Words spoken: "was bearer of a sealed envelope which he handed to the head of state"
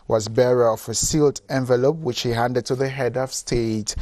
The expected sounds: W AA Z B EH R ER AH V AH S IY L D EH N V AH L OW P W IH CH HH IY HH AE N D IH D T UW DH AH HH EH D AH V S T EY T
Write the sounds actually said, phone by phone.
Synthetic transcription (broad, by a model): W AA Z B EH R ER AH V AH S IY L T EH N V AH L OW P W IH CH HH IY HH AE N D IH D T UW DH AH HH EH D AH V S T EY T